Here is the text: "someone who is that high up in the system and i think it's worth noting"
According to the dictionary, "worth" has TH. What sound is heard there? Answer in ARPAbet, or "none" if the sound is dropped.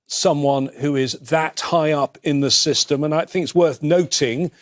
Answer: TH